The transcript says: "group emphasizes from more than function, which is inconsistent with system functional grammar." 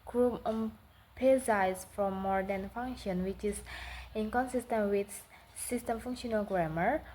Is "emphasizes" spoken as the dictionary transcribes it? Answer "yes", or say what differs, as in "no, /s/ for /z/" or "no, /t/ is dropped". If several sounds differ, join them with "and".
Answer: no, /p/ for /f/